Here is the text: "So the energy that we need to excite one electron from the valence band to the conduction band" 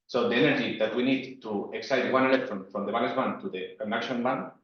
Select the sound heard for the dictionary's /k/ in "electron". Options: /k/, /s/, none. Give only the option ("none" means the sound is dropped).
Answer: none